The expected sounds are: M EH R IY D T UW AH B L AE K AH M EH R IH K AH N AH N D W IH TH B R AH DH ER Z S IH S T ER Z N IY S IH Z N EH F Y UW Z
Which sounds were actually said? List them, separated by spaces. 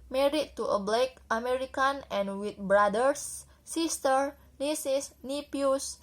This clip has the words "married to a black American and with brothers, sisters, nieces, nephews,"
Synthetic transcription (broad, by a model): M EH R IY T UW AH B L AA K AH M EH R IH K AH N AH N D W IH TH B R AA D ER S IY S T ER N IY S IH S N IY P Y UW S